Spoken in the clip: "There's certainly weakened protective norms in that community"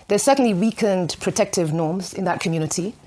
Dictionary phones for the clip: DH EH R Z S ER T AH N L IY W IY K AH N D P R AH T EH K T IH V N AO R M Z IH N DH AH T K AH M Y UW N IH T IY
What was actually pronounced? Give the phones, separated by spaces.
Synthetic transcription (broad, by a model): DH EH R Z S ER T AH N L IY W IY K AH N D P R AH T EH K T IH V N AO R M Z IH N DH AH T K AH M Y UW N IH T IY